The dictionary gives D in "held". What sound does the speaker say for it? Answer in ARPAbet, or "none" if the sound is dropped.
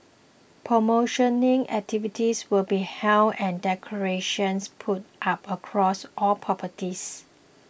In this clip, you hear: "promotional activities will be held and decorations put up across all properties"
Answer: none